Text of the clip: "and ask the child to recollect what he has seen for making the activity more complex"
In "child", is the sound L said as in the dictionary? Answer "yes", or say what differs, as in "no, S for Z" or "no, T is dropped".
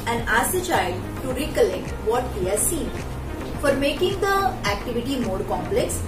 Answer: no, L is dropped